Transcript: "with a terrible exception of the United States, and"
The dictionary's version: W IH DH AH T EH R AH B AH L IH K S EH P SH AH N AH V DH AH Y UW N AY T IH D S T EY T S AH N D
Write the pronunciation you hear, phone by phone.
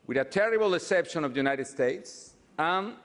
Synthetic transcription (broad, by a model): W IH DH AH T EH R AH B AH L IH S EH P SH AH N AH V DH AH Y UW N AY T IH D S T EY T S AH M